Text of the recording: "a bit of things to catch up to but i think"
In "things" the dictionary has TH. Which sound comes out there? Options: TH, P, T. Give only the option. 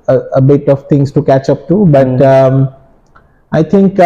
T